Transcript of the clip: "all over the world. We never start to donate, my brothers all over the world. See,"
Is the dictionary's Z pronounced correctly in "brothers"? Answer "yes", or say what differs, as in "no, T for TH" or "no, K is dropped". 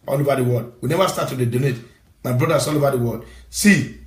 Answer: no, S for Z